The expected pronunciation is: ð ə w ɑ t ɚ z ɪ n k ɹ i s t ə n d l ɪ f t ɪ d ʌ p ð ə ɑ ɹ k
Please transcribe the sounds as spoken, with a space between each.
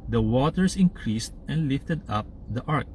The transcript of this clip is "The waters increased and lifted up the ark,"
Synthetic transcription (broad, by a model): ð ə w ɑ t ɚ s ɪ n k ɹ i s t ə n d l ɪ f t ɪ d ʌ p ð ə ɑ ɹ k